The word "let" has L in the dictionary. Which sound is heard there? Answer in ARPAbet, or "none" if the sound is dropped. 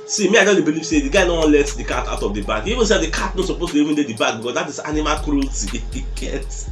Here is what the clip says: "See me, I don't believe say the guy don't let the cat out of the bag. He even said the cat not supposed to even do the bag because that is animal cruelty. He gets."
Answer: L